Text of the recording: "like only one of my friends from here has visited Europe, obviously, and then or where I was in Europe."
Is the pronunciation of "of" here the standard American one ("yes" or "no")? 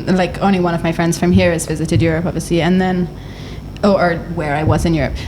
yes